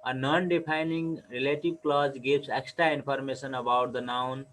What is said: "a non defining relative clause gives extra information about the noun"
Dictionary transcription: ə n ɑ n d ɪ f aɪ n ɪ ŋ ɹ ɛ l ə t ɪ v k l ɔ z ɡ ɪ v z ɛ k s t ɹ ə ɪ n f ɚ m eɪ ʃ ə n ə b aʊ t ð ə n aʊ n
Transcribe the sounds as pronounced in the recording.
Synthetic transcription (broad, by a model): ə n ɑ n d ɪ p aɪ n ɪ ŋ ɹ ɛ l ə t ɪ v k l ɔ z ɡ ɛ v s ɛ k s t ɹ ə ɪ n p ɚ m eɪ s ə n ə b aʊ t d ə n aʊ n